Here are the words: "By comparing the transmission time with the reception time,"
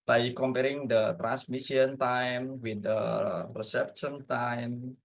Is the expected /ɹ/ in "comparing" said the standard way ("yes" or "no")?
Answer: yes